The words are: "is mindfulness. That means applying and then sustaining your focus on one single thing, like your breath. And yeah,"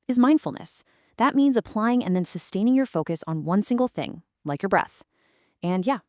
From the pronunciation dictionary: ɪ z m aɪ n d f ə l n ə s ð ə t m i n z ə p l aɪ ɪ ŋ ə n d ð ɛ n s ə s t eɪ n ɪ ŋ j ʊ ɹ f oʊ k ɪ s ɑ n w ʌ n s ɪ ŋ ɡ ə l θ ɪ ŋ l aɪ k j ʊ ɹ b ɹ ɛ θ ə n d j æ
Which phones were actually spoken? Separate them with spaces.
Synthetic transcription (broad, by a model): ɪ z m aɪ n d f l n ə s ð ə t m i n z ə p l aɪ ɪ ŋ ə n ð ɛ n s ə s t eɪ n ɪ ŋ j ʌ ɹ f oʊ k ɪ s n w ʌ n s ɪ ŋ ɡ l θ ɪ ŋ l aɪ k j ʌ ɹ b ɹ ɛ θ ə n j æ